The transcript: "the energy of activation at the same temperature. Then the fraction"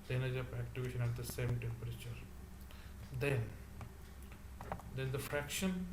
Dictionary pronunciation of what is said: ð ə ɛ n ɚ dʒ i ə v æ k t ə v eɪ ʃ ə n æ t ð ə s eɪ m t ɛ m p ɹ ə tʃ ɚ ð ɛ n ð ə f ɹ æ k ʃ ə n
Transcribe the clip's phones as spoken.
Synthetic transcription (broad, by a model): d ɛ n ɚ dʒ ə p æ k t ə v eɪ ʃ ə n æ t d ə s eɪ m t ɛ m p ɹ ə tʃ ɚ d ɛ n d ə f ɹ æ k ʃ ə n